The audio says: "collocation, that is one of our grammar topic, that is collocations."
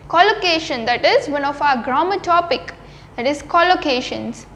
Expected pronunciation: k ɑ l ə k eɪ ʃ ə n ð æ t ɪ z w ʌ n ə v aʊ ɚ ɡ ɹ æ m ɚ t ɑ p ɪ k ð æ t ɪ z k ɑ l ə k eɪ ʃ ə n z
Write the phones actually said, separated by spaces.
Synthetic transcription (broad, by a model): k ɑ l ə k eɪ ʃ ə n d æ t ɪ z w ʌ n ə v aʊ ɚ ɡ ɹ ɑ m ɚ t ɑ p ɪ k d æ t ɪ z k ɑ l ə k eɪ ʃ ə n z